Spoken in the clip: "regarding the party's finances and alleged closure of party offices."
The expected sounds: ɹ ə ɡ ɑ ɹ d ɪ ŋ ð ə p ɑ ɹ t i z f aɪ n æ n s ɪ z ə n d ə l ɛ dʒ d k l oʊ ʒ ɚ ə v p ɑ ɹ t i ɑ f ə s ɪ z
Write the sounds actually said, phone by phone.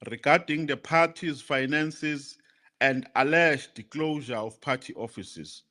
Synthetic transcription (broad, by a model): ɹ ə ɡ ɑ d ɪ ŋ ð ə p ɑ t i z f aɪ n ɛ n s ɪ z ə n d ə l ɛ ʃ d k l oʊ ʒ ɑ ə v p ɑ t i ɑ f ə s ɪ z